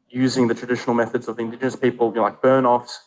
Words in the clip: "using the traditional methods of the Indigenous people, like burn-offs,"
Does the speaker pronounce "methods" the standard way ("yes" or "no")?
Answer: yes